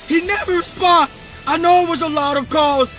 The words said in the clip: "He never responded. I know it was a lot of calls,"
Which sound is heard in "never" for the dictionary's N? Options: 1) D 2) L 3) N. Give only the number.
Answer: 3